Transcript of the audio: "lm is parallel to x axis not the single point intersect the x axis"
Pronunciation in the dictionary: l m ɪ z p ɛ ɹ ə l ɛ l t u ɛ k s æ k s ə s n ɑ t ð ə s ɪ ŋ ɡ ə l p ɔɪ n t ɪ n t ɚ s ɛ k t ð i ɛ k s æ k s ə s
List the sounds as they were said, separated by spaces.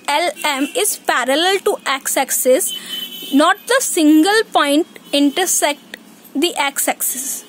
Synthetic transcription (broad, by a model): l m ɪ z p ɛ ɹ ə l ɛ l t u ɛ k s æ k s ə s n ɑ t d ə s ɪ ŋ ɡ ə l p ɔɪ n t ɪ n t ɚ s ɛ k t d i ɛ k s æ k s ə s